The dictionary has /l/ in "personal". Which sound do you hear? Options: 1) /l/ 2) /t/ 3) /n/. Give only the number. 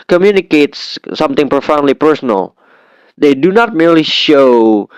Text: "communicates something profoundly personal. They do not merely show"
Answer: 1